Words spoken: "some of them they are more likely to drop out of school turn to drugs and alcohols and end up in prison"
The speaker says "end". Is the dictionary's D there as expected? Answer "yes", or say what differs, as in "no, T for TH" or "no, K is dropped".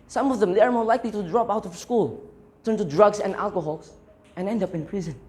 yes